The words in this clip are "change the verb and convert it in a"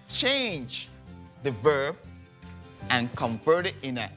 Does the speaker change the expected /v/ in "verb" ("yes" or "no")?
no